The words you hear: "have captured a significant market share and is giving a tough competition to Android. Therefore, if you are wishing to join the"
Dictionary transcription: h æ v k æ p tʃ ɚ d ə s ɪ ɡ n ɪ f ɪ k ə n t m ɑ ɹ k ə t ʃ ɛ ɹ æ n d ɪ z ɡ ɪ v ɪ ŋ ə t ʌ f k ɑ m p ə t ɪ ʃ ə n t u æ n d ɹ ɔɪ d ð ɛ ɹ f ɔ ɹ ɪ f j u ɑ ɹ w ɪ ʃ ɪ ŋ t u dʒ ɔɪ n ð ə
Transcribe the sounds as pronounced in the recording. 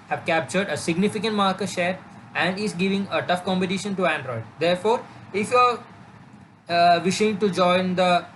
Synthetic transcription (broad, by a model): h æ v k æ p tʃ ɚ d ə s ɪ ɡ n ɪ f ɪ k ə n t m ɑ ɹ k ə t ʃ ɛ ɹ æ n d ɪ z ɡ ɪ v ɪ ŋ ə t ʌ f k ɑ m p ə t ɪ ʃ ə n t u æ n d ɹ ɔɪ d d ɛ ɹ f ɔ ɹ ɪ f j u ɑ ɹ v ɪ ʃ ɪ ŋ t u dʒ ɔɪ n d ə